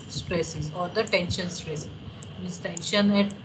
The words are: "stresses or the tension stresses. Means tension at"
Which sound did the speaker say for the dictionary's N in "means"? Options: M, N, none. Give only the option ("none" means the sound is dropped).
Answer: none